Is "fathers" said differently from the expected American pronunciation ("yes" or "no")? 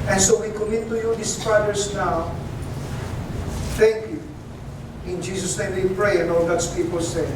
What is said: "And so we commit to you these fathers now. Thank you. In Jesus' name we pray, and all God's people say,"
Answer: yes